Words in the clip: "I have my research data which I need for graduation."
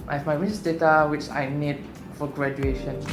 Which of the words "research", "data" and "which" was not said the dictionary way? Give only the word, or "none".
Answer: research